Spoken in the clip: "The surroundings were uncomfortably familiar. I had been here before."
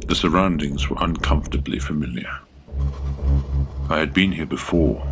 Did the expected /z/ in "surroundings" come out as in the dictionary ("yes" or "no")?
yes